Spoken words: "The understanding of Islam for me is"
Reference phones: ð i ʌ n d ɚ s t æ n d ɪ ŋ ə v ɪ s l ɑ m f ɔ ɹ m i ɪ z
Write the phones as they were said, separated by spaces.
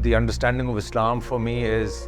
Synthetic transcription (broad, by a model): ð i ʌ n d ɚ s t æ n d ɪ ŋ ə v ɪ s l ɑ m f ɔ ɹ m i ɪ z